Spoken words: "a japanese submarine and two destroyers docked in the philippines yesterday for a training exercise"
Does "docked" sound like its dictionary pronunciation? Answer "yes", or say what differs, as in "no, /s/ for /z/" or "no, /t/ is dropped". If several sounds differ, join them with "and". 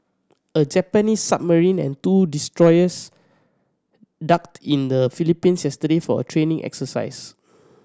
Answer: yes